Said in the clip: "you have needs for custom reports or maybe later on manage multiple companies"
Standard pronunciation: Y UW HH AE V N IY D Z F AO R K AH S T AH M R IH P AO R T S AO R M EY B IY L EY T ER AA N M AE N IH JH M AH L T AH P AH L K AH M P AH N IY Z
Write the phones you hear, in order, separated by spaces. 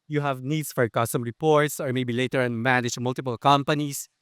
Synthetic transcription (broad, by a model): Y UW HH AE V N IY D S F AO R K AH S T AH M R IH P AO R T S AO R M EY B IY L EY T ER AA N M AE N IH JH M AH L T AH P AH L K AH M P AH N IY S